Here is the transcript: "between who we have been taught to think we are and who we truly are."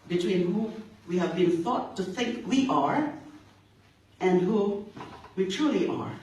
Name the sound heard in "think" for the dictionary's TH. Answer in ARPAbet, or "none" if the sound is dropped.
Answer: TH